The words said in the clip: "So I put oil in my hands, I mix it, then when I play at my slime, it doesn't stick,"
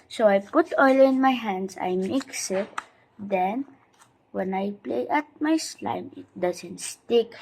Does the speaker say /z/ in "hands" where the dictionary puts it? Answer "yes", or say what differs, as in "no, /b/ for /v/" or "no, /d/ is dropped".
no, /s/ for /z/